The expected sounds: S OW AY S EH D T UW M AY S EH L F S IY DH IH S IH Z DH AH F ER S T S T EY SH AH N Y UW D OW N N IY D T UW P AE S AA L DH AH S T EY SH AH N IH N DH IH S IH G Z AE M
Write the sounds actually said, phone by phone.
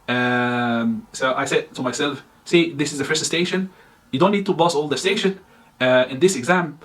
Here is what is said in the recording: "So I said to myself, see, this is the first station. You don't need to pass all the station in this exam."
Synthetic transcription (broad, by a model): S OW AY S EH D T UW M AY S EH L F S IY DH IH S IH Z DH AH F ER S T S T EY SH AH N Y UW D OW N N IY D T UW B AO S AA L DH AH S T EY SH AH N IH N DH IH S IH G Z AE M